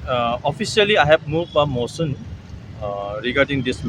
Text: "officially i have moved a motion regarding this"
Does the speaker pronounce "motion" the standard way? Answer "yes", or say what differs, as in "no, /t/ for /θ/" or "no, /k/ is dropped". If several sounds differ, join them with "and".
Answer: no, /s/ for /ʃ/